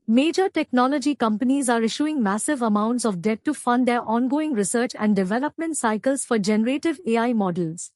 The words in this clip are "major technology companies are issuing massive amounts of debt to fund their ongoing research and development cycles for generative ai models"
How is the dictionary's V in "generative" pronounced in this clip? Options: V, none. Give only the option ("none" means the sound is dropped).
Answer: V